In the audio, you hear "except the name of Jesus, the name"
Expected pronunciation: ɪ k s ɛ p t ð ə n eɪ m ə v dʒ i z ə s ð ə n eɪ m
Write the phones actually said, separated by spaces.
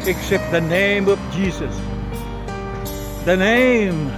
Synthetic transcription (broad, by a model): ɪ k s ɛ p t ð ə n eɪ m ə v dʒ i z ə s ð ə n eɪ m